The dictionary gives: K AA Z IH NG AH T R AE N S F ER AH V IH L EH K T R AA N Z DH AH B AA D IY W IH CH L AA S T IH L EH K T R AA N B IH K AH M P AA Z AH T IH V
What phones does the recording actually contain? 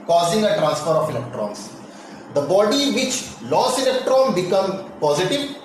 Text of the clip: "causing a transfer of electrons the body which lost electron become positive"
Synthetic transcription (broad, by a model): K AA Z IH NG AH T R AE N S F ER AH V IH L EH K T R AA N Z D AH B AA D IY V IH CH L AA S IH L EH K T R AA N B IH K AH M P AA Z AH T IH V